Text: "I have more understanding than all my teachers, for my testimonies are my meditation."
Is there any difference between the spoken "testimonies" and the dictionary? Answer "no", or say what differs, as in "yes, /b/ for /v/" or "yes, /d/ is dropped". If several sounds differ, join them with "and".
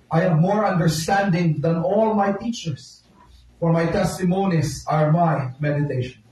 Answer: yes, /s/ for /z/